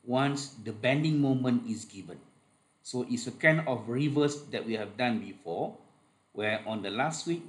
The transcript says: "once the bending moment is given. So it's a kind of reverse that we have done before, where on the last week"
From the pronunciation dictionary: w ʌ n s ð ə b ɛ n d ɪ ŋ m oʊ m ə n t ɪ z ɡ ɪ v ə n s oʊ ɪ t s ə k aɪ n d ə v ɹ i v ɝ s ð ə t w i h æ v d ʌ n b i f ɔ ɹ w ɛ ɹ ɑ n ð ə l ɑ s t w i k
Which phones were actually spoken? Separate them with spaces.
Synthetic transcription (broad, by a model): w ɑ n s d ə b ɛ n d ɪ ŋ m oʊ m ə n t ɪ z ɡ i v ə n s oʊ ɪ t s ə k aɪ n ə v ɹ i v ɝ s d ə t w i h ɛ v d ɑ n b i f ɔ w ɛ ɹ ɑ n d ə l ɑ s t w i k